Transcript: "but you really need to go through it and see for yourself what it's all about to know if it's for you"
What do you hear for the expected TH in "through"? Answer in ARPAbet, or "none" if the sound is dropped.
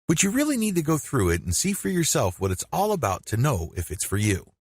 TH